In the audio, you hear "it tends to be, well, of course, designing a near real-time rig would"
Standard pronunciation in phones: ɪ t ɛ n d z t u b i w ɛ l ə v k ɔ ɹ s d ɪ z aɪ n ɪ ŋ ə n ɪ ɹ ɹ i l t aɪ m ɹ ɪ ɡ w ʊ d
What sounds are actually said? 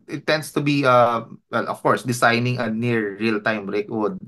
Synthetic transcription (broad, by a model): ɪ t ɛ n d s t u b i w ɛ l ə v k ɔ ɹ s d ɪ s aɪ n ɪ ŋ ə n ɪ ɹ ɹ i l t aɪ m ɹ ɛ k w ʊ d